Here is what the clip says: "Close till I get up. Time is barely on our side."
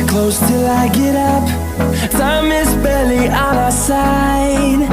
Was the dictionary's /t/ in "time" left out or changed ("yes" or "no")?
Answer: yes